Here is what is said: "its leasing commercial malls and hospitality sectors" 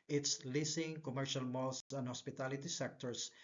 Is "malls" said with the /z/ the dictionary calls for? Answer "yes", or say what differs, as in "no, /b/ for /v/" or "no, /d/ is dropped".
no, /s/ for /z/